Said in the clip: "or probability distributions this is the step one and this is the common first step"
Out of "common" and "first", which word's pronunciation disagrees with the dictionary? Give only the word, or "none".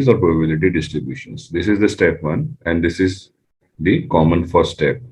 first